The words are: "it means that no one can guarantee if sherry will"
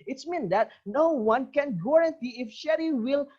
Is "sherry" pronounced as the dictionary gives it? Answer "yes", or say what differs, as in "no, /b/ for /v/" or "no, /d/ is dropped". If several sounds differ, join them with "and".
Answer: yes